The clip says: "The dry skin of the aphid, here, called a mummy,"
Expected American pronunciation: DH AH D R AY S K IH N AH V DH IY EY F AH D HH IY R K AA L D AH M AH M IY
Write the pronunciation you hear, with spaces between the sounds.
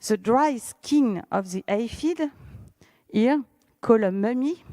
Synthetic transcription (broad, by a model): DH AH D R AY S K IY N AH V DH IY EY F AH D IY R K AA L AH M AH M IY